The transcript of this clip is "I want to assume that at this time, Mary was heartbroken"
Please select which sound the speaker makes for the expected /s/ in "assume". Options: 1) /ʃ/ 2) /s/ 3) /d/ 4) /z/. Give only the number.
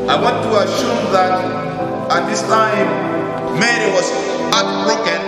1